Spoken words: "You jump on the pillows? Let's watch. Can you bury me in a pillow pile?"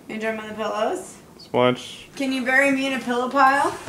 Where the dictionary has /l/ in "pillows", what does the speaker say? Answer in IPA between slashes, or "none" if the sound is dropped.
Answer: /l/